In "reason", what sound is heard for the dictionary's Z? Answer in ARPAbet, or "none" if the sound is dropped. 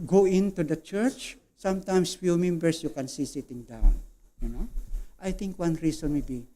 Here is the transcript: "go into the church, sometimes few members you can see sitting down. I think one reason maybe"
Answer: S